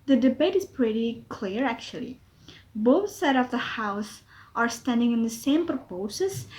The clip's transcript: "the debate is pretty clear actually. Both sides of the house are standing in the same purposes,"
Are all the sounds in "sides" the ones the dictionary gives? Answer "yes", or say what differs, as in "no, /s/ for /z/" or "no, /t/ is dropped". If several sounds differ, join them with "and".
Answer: no, /z/ is dropped